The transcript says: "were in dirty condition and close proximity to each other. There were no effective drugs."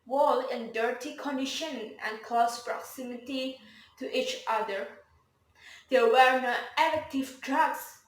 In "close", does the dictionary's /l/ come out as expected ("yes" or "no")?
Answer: no